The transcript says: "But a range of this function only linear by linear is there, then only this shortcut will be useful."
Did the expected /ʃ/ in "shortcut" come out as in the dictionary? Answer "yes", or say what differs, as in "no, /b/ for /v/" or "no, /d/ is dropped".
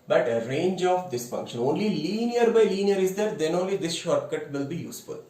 yes